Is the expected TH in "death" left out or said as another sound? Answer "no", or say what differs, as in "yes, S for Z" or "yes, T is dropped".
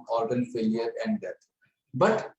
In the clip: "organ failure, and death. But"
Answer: yes, T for TH